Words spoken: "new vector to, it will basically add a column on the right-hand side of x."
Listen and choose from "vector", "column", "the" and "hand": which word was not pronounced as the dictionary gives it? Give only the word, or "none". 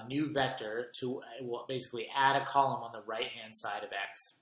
none